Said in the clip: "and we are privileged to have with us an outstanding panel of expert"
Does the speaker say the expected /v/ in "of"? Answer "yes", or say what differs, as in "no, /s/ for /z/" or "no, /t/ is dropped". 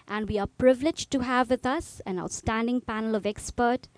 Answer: yes